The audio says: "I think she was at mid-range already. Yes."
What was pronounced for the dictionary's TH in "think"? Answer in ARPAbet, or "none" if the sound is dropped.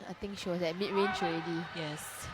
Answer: T